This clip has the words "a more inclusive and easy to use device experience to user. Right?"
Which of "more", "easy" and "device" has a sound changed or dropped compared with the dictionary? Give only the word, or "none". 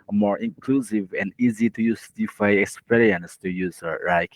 device